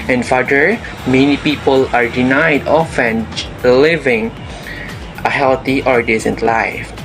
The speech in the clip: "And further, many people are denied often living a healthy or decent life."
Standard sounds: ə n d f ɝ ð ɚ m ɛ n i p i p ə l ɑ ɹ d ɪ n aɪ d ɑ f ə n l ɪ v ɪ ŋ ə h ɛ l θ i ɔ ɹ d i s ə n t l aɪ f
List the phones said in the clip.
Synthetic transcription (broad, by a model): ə n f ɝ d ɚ m ɛ n i p i p ə l ɑ ɹ d ɪ n aɪ d ɑ f ə n l ɪ v ɪ ŋ ə h ɛ l t i ɔ ɹ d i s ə n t l aɪ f